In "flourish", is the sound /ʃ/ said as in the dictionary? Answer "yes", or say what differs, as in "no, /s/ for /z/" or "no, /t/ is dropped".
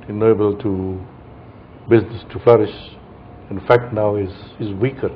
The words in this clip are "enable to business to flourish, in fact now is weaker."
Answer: yes